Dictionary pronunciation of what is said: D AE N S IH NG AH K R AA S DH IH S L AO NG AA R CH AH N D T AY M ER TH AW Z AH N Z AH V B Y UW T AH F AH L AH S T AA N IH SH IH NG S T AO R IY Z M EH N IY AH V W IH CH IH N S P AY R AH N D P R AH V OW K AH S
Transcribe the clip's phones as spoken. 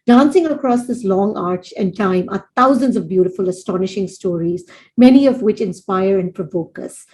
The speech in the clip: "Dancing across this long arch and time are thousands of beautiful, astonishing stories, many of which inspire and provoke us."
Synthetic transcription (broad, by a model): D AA N S IH NG AH K R AA S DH IH S L AO NG AA R CH AH N D T AY M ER T AW Z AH N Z AH V B Y UW T AH F AH L AH S T AA N IH SH IH NG S T AO R IY Z M EH N IY AH V W IH CH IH N S P AY R AH N D P R AH V OW K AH S